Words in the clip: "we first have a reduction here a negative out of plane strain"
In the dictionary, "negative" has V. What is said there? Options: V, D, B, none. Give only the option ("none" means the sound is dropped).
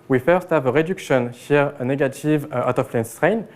V